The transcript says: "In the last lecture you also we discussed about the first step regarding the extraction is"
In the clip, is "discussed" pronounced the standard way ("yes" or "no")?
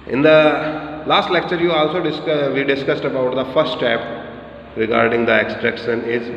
yes